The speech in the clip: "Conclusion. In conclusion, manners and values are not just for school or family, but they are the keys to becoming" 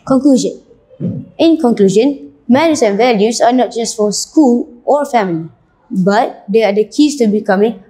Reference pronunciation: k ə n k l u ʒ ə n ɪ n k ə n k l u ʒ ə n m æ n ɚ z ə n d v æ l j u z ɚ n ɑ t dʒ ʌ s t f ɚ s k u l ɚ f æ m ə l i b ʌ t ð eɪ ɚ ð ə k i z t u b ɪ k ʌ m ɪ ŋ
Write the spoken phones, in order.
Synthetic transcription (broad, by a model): k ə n k l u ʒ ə n ɪ n k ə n k l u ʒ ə n m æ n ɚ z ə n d v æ l j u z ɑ n ɑ t dʒ ʌ s t f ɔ s k u l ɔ f æ m ə l i b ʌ t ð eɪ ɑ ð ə k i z t u b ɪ k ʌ m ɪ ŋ